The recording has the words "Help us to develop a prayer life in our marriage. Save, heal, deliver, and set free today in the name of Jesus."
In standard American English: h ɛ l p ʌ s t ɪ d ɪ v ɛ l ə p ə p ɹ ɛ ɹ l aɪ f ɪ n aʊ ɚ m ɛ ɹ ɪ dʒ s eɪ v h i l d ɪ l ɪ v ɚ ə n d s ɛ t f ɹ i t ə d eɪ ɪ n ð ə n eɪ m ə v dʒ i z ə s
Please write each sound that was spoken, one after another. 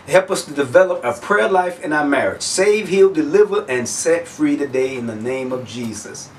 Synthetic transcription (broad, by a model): h ɛ l p ʌ s t ɪ d ɪ v ɛ l ə p ə p ɹ ɛ ɹ l aɪ f ɪ n aʊ ɚ m ɛ ɹ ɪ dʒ s eɪ v h i l d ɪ l ɪ v ɚ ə n s ɛ t f ɹ i t ə d eɪ ɪ n ð ə n eɪ m ə v dʒ i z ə s